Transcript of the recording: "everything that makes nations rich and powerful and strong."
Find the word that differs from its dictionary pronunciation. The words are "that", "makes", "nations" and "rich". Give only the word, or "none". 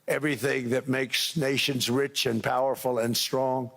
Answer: none